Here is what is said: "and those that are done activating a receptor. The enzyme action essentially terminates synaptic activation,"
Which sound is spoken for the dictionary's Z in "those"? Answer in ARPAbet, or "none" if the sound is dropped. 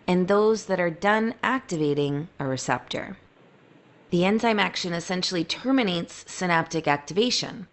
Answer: Z